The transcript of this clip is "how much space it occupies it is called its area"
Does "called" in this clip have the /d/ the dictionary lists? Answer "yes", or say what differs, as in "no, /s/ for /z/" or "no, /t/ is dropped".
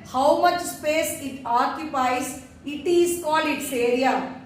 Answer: no, /d/ is dropped